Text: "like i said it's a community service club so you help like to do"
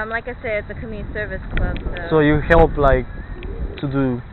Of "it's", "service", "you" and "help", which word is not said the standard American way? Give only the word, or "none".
none